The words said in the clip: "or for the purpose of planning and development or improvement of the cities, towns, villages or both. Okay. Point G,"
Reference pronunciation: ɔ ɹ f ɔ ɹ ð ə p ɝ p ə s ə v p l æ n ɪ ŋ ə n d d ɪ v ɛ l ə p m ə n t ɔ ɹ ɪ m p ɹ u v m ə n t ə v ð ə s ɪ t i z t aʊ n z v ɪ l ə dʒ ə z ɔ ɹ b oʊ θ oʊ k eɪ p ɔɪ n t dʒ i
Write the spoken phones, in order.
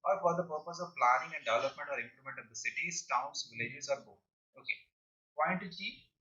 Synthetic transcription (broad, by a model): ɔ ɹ f ɔ ɹ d ə p ɝ p ə s ə v p l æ n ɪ ŋ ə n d d ɪ v ɛ l ə p m ə n t ɔ ɹ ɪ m p l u m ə n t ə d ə s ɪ t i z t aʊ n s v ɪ l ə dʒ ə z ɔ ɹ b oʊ oʊ k eɪ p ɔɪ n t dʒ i